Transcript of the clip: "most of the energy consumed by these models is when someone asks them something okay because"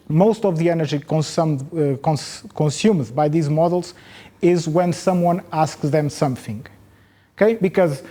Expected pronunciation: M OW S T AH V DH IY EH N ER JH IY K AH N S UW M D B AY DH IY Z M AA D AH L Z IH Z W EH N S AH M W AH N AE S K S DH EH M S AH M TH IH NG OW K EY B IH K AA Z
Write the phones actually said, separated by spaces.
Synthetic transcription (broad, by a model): M OW S T AH V DH IY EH N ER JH IY K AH N S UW M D B AY DH IY Z M AA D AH L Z IH Z W EH N S AH M W AH N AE S K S DH EH M S AH M TH IH NG OW K EY B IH K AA Z